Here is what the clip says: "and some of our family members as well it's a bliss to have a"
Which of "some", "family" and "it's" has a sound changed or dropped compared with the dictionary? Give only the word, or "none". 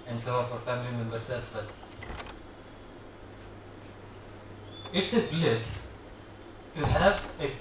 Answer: some